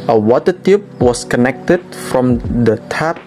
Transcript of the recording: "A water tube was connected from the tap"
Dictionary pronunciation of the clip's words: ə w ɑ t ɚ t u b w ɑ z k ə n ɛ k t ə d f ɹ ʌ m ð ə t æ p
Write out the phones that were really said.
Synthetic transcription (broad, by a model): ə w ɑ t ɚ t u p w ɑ s k ə n ɛ k t ə d f ɹ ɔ m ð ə t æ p